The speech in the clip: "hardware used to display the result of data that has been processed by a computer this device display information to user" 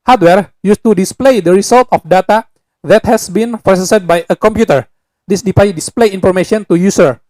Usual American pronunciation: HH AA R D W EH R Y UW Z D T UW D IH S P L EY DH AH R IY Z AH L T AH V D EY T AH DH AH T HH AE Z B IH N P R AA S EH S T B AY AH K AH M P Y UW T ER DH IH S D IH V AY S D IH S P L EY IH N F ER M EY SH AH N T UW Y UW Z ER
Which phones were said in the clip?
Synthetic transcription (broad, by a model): HH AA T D W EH R Y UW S T UW D IH S P L EY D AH R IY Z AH L T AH F D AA T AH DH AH T HH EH S B IH N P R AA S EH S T B AY AH K AH M P Y UW T ER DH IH S D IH P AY D IH S P L EY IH N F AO M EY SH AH N T UW Y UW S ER